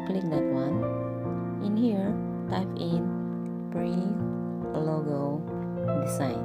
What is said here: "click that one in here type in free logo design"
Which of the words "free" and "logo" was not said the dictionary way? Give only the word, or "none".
free